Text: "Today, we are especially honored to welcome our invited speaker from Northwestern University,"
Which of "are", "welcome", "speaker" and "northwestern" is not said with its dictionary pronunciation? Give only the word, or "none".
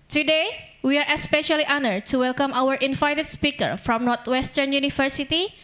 northwestern